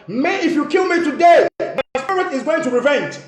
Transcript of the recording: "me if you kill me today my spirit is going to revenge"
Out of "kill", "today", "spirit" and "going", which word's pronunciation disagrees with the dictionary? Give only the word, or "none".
spirit